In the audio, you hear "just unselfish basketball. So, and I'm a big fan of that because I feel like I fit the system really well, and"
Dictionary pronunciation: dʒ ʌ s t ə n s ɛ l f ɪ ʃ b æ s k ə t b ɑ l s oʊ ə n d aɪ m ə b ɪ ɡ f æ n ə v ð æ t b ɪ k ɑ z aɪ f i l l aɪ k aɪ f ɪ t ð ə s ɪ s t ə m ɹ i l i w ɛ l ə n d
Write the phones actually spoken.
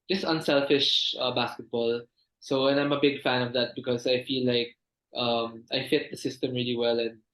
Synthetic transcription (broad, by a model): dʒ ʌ s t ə n s ɛ l f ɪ ʃ b æ s k ə t b ɑ l s oʊ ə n aɪ m ə b ɪ ɡ f æ n ə v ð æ t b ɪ k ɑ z aɪ f i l l aɪ k aɪ f ɪ t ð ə s ɪ s t ə m ɹ i l i w ɛ l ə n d